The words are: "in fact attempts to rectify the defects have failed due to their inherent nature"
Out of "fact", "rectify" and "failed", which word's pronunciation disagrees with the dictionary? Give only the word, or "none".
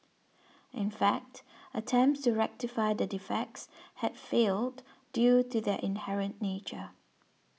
none